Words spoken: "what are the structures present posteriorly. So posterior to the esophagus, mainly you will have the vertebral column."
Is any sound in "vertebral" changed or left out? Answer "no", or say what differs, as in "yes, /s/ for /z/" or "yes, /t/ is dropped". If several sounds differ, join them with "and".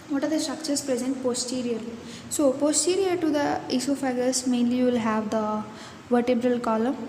no